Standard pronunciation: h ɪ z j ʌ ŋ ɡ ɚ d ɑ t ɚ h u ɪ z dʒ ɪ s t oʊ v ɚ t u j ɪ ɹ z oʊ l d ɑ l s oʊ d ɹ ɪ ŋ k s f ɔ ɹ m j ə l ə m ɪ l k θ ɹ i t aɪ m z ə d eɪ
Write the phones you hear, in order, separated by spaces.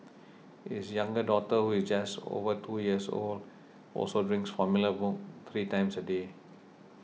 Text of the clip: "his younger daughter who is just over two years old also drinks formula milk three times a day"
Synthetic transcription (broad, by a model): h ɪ s j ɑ ŋ ɡ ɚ d ɑ t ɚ h u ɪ s dʒ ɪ s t oʊ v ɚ t u j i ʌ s oʊ l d ɑ l s oʊ d ɹ ɪ ŋ k s f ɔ m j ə l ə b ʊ k t ɹ i t aɪ m s ə d eɪ